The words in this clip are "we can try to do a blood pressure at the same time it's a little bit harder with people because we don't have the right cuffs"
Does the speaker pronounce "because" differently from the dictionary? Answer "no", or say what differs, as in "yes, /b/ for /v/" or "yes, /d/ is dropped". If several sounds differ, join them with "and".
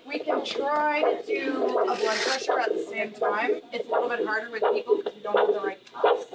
yes, /k/ is dropped